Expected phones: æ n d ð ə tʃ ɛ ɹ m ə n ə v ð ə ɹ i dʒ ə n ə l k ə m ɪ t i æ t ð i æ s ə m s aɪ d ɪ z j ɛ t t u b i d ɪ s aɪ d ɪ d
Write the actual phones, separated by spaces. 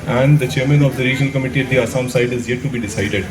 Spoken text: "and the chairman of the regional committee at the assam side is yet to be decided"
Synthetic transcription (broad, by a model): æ n d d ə tʃ ɛ ɹ m ə n ə v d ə ɹ i dʒ ə n ə l k ə m ɪ t i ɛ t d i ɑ s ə m s aɪ d ɪ z j ɛ t t u b i d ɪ s aɪ d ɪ d